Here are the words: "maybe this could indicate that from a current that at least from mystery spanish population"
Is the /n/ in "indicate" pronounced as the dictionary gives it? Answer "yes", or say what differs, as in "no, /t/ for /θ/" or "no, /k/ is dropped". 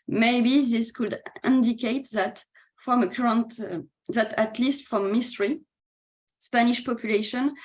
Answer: yes